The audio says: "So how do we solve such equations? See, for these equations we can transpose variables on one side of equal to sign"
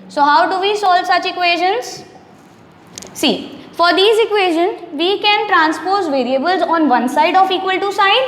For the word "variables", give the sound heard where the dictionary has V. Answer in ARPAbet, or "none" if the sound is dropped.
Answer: V